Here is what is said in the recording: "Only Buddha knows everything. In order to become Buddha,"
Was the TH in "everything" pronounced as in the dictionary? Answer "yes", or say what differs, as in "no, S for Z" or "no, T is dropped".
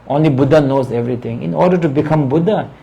no, T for TH